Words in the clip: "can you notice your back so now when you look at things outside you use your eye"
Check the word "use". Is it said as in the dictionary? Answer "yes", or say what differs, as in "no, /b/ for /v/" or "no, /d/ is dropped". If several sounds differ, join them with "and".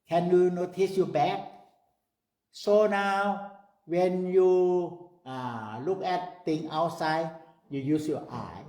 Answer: yes